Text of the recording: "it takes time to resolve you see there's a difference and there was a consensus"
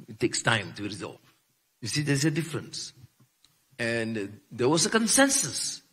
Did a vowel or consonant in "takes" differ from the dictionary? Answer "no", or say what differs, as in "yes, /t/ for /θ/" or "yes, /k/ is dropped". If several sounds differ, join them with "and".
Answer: no